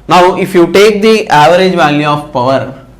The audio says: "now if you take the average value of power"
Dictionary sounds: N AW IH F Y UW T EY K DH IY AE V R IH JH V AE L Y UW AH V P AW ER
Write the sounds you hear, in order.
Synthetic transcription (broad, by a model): N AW IH F Y UW T EY K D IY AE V R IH JH V AE L Y UW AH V P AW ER